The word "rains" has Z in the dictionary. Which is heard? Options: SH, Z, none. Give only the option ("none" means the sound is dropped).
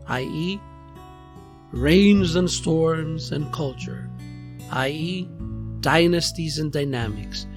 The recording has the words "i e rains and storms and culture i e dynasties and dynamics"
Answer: Z